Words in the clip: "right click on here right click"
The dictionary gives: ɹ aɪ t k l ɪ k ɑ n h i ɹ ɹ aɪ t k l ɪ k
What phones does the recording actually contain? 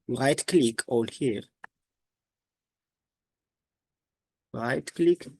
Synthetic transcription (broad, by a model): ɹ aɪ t k l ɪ k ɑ l h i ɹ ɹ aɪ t k l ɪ k